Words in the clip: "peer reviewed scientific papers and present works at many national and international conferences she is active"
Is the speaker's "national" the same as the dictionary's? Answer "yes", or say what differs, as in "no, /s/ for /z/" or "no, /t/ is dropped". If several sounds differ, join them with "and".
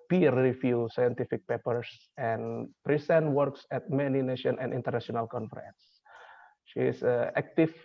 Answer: no, /n/ is dropped and /n/ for /l/